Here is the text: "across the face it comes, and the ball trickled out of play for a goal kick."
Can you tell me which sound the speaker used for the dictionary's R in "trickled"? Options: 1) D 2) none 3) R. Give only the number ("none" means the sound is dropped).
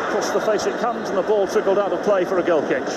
2